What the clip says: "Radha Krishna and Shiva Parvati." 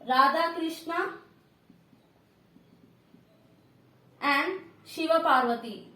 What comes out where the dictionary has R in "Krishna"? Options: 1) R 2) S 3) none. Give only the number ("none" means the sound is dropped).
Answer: 1